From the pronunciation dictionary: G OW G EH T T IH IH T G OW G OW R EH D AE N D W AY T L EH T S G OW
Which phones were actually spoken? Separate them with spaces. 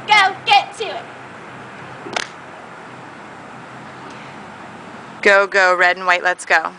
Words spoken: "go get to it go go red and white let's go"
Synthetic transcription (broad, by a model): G OW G EH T T IH IH T G OW G OW R EH D N W AY T L EH T S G OW